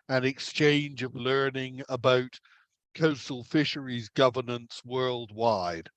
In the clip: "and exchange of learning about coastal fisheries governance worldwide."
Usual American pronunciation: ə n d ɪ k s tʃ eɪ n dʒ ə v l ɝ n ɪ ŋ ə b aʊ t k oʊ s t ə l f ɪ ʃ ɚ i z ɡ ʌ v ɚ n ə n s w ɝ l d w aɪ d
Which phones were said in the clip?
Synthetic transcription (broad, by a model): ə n ɪ k s tʃ eɪ n dʒ ə v l ɝ n ɪ ŋ ə b aʊ t k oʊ s t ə l f ɪ ʃ ɚ i z ɡ ʌ v ɚ n ə n s w ɝ l d w aɪ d